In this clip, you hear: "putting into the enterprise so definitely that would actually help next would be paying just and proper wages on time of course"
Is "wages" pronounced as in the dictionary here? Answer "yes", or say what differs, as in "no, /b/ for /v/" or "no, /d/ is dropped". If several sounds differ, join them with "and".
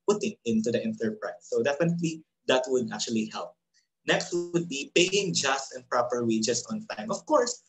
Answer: no, /s/ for /z/